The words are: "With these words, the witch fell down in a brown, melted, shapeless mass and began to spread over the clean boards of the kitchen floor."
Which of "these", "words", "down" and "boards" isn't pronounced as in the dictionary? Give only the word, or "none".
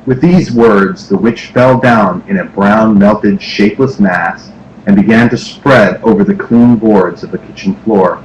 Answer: none